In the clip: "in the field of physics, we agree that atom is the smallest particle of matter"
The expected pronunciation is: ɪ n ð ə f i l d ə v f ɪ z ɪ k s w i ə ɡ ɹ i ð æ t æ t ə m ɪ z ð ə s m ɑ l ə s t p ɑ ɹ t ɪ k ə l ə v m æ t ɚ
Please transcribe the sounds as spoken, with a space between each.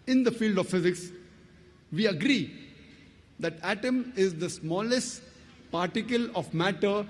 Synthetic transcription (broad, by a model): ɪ n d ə f i l d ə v f ɪ z ɪ k s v i ə ɡ ɹ i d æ t æ t ə m ɪ z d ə s m ɑ l ə s t p ɑ ɹ t ɪ k ə l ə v m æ t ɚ